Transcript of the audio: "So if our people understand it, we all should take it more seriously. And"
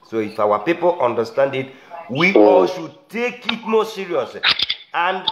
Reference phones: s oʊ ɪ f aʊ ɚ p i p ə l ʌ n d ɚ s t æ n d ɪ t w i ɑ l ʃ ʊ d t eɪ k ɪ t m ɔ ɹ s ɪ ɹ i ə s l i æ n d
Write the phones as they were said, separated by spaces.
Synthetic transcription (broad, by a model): s oʊ ɪ f aʊ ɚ p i p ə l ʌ n d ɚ s t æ n d ɪ t w i ɑ l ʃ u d t eɪ k ɪ t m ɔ s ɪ ɹ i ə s i n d